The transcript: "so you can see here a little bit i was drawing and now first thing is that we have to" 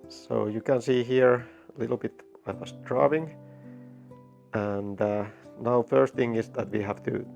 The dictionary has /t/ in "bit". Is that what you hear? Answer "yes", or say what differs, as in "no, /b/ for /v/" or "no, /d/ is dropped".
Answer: yes